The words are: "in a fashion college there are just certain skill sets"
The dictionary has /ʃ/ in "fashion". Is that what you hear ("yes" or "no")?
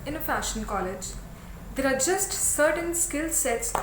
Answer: yes